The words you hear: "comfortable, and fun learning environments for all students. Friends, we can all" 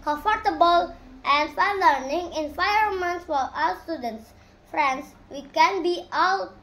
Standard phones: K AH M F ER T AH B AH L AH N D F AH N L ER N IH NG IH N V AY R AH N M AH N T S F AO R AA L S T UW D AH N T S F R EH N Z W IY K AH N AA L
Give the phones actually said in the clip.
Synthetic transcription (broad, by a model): K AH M F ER T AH B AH L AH N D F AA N L ER N IH NG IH N F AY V M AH N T S F AO R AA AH S T UW D AH N T S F R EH N S W IY K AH N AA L